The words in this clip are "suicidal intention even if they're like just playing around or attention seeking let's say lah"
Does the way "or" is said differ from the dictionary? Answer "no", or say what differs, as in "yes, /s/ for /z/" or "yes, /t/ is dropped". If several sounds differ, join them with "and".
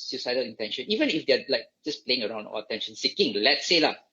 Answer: yes, /l/ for /ɹ/